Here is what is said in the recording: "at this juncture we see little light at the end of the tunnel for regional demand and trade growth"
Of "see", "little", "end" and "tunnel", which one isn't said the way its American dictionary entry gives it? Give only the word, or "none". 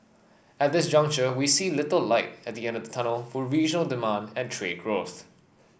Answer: none